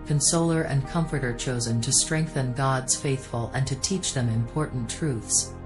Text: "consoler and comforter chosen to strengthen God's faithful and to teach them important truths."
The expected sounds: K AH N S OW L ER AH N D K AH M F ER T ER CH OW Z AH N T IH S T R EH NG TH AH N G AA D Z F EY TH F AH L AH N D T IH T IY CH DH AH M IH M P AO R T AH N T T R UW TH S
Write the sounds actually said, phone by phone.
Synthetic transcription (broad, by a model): K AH N S OW L ER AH N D K AH M F ER T ER CH OW Z AH N T IH S T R EH NG TH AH N G AA D Z F EY TH F AH L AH N T IH T IY CH DH AH M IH M P AO R T N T T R UW TH S